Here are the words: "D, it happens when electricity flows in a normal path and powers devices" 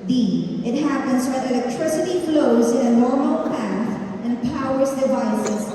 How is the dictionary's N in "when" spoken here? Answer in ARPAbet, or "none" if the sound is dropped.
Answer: none